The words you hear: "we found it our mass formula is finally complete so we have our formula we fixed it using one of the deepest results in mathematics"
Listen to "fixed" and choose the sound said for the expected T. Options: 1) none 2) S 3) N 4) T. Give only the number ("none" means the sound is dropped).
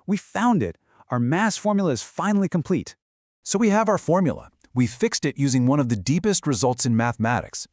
4